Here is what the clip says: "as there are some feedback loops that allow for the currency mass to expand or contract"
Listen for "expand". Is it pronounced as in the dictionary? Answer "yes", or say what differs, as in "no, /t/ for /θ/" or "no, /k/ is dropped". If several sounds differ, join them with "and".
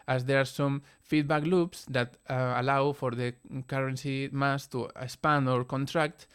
no, /k/ is dropped